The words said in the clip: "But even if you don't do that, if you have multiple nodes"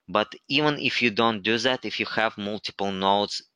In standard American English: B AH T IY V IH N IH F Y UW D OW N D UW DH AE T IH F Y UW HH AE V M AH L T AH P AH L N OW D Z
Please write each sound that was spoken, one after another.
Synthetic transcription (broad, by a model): B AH T IY V IH N IH F Y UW D OW N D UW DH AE T IH F Y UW HH AE V M AH L T AH P AH L N OW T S